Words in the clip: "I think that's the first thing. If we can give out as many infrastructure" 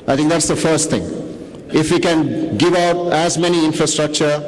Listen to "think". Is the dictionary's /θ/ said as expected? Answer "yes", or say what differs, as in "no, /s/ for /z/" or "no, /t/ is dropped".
no, /t/ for /θ/